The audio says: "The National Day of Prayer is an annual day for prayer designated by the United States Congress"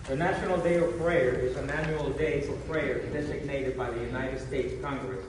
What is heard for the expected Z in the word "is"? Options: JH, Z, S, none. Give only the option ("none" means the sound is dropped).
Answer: Z